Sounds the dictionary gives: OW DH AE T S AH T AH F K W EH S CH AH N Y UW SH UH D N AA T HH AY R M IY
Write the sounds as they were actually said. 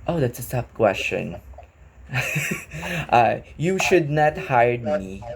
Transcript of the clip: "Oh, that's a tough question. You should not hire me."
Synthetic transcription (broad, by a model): OW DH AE T S AH S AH P K W EH S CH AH N Y UW SH UH D N AA T HH AY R M IY